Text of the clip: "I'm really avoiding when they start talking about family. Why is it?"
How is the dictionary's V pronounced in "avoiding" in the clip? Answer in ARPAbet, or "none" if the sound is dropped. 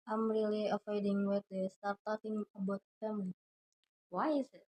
F